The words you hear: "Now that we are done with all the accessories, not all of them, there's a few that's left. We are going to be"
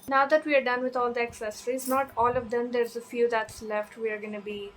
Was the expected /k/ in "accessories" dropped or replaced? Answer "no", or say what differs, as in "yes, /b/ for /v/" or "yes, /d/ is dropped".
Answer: no